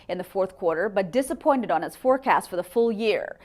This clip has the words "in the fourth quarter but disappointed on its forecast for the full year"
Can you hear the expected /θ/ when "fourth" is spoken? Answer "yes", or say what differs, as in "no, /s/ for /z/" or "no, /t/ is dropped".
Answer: yes